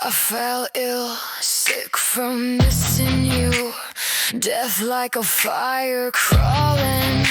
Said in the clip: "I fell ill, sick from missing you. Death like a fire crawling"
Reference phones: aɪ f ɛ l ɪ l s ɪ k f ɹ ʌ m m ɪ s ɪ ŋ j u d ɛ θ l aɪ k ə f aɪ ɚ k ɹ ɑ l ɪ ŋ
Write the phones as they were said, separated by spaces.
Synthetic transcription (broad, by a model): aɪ f ɛ l ɪ l s ɪ k f ɹ ʌ m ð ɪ s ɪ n j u d ɛ θ l aɪ k ə f aɪ ɚ k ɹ ɑ l ɪ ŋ